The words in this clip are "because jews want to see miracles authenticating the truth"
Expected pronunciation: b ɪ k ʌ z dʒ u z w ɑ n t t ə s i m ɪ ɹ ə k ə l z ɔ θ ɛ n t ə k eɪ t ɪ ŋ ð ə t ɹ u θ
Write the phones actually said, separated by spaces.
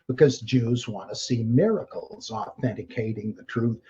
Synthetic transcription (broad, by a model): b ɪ k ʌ z dʒ u z w ɑ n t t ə s i m ɪ ɹ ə k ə l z ɔ θ ɛ n t ə k eɪ t ɪ ŋ ð ə t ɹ u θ